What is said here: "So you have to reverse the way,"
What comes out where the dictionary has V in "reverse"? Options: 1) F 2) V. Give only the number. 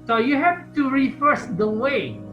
1